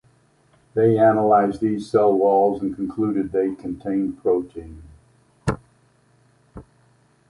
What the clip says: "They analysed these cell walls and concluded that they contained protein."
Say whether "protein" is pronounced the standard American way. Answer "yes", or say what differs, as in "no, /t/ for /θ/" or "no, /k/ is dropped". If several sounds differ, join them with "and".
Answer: yes